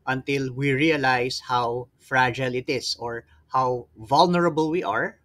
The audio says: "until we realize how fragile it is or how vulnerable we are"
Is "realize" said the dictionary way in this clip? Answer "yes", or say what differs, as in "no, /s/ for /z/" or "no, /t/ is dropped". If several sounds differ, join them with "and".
no, /s/ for /z/